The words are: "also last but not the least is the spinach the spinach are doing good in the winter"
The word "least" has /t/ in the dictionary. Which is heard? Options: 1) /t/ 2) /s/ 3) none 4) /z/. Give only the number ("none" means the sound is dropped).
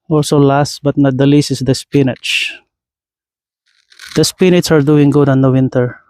3